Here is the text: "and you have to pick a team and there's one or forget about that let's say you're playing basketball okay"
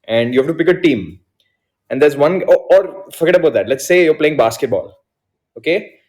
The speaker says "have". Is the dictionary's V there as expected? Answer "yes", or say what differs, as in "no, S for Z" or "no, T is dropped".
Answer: no, F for V